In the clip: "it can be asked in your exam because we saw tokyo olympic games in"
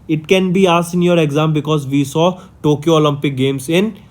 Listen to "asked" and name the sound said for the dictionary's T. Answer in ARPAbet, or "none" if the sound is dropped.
none